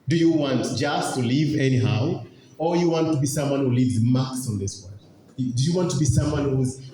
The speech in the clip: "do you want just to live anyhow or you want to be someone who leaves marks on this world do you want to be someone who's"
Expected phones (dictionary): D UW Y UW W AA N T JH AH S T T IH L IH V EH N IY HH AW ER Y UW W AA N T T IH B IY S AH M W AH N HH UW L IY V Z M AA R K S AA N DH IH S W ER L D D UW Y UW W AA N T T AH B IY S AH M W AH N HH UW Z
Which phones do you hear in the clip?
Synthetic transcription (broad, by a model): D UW Y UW W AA N T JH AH S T T IH L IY V EH N IY HH AW ER Y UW W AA N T T IH B IY S AH M W AH N HH UW L IY V Z M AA K S N DH IH S W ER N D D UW Y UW W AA N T T AH B IY S AH M W AH N HH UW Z